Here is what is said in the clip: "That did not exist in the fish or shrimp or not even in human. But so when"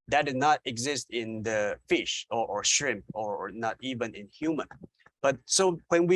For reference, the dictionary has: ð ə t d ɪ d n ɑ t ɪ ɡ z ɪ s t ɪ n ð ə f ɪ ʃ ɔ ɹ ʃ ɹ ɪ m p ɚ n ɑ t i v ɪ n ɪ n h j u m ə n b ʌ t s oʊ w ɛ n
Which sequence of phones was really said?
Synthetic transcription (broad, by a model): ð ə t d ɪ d n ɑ t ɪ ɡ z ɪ s t ɪ n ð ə f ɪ ʃ ɔ ɹ ʃ ɹ ɪ m p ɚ n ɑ t i v ɪ n ɪ n h j u m ə n b ʌ t s oʊ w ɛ n